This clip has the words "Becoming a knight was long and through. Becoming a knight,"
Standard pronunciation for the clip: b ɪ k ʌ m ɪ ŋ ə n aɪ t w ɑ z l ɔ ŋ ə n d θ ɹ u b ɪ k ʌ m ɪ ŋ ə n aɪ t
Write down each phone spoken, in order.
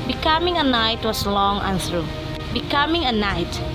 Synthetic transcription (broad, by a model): b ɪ k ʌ m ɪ ŋ ə n aɪ t w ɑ s l ɔ ŋ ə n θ ɹ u b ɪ k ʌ m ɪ ŋ ə n aɪ t